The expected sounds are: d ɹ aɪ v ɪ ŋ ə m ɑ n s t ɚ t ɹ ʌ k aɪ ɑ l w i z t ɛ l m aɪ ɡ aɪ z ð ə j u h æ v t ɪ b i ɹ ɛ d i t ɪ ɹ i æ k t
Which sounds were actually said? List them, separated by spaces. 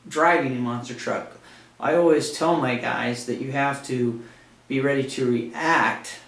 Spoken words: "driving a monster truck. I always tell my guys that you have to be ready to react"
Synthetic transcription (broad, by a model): d ɹ aɪ v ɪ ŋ ə m ɑ n s t ɚ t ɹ ʌ k aɪ ɑ l w i z t ɛ l m aɪ ɡ aɪ z ð ə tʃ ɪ h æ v t ɪ b i ɹ ɛ d i t ɪ ɹ i æ k t